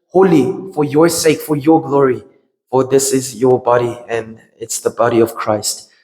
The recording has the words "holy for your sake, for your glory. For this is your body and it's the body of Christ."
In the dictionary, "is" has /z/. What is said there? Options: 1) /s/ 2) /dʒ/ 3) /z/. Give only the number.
3